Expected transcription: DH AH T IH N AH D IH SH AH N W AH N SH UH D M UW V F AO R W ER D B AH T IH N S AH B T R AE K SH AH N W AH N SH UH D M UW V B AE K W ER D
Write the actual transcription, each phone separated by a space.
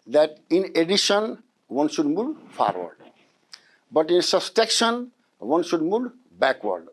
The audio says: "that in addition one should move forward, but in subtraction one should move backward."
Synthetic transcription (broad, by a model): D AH T IH N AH D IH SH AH N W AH N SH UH D M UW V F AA R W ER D B AH T IH N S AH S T EH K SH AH N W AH N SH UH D M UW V B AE K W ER D